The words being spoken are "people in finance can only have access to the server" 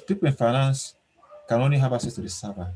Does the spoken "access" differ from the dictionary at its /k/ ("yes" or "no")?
yes